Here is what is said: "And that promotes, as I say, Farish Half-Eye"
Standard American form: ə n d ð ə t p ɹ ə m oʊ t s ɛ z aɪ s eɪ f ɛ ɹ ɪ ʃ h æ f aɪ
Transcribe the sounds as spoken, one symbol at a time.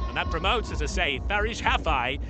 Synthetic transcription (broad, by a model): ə n ð ə t p ɹ ə m oʊ t s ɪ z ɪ s eɪ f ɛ ɹ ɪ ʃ h æ f aɪ